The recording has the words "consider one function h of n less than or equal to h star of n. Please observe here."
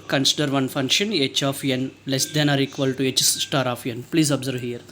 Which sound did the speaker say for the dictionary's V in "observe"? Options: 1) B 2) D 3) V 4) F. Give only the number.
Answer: 3